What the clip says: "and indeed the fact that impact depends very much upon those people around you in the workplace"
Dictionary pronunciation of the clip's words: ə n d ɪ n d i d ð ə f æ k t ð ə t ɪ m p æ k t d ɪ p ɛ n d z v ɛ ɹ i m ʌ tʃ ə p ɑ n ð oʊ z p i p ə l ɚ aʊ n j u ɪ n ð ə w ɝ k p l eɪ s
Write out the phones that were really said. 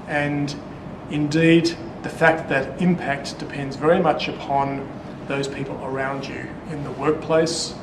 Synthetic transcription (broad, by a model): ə n ɪ n d i d ð ə f æ k t ð ə t ɪ m p æ k t d ɪ p ɛ n d z v ɛ ɹ i m ʌ tʃ ə p ɑ n ð oʊ z p i p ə l ɚ aʊ n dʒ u ɪ n ð ə w ɝ k p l eɪ s